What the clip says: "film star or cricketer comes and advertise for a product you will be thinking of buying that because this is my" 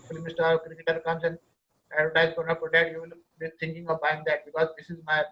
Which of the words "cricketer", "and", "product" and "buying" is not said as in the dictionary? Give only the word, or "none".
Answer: product